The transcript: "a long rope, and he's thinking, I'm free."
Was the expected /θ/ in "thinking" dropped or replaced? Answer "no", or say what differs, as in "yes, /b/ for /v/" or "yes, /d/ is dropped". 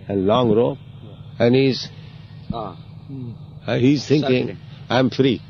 yes, /t/ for /θ/